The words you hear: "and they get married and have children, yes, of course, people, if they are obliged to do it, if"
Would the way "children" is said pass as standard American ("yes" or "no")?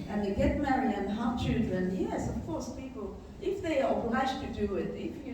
yes